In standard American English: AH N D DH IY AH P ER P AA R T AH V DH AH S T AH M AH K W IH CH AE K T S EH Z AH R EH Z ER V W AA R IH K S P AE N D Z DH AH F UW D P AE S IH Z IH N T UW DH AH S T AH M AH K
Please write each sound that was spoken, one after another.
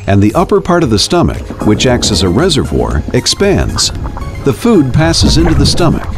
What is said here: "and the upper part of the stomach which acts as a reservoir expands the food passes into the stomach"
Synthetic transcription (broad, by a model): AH N DH IY AH P ER P AA R T AH V DH AH S T AH M AH K W IH CH AE K T S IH Z AH R EH Z ER V W AA R IH K S P AE N D Z DH AH F UW D P AE S IH Z IH N T UW DH AH S T AH M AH K